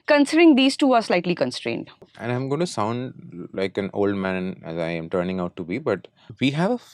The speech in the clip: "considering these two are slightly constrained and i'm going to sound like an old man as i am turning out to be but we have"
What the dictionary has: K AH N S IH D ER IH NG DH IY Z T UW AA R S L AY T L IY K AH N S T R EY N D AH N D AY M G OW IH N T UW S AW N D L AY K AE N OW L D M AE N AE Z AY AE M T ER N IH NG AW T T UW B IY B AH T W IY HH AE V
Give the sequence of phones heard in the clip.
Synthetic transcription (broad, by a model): K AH N S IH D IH NG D IY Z T UW AA R S L AY T L IY K AH N S T R EY N D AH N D AY M G OW IH N T UW S AW N D L AY K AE N OW L D M AE N AE Z AY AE M T ER N IH NG AW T T UW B IY B AH T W IY HH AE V